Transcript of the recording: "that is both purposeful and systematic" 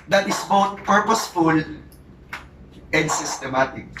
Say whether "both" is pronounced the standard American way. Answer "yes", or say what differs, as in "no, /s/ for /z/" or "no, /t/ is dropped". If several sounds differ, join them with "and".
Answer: no, /t/ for /θ/